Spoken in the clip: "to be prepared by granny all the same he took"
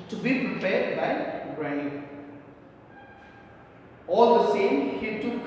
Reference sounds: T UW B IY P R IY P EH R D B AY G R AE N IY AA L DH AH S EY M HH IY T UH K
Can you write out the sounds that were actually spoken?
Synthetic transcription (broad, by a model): T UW B IY P R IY P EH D B AY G R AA IY AA L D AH S EY M HH IY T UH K